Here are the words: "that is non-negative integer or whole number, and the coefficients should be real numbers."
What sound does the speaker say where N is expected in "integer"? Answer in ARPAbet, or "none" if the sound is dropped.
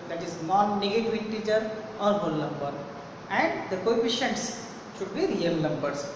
none